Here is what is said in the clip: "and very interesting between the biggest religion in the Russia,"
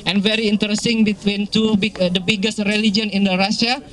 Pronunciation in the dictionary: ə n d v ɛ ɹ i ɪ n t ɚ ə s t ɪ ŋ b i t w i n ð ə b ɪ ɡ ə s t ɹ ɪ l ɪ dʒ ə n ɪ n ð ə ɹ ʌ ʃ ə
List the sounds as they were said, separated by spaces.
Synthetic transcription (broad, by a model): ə n v ɛ ɹ i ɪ n t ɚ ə s t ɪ ŋ b i t w i n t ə b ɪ ɡ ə s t ɹ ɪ l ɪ dʒ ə n ɪ n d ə ɹ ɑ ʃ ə